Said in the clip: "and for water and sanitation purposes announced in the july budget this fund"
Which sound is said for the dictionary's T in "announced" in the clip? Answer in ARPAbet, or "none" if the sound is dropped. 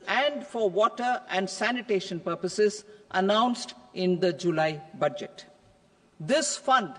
T